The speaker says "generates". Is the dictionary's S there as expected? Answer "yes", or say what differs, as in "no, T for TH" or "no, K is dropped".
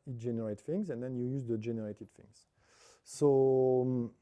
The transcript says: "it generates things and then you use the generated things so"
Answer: no, S is dropped